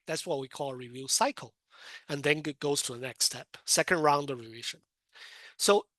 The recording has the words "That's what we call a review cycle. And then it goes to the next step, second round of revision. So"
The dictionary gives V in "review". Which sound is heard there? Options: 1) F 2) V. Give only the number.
2